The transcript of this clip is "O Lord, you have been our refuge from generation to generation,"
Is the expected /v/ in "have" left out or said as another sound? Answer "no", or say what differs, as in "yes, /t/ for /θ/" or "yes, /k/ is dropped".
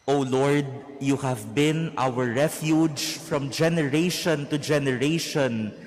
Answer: no